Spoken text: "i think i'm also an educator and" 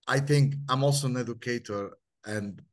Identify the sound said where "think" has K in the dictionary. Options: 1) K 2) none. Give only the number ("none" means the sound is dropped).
1